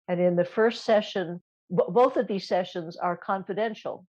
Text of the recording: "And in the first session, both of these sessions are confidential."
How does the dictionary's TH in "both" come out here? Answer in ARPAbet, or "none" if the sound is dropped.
TH